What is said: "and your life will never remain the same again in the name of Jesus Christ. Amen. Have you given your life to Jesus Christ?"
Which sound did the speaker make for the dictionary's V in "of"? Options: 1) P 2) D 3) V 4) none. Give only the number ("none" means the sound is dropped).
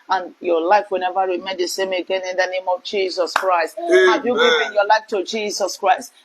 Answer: 3